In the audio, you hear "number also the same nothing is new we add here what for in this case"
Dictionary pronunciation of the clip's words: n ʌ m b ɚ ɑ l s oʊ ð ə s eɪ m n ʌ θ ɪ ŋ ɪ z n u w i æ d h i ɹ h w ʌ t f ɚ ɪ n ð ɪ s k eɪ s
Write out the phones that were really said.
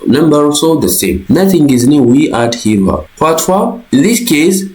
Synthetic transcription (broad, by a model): n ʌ m b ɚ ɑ s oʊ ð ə s eɪ m n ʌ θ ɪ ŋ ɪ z n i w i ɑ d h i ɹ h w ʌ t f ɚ ɪ n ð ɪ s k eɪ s